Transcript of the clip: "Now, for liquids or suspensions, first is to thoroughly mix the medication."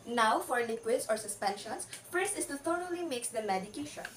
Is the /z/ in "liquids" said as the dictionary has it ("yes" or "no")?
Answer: no